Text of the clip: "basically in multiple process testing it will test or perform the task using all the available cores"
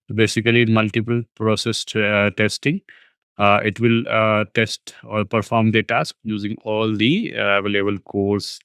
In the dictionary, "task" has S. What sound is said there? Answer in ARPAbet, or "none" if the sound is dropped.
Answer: S